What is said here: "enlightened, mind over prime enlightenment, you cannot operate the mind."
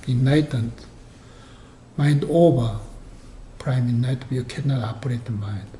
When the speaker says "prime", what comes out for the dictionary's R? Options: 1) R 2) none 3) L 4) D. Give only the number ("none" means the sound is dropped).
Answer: 1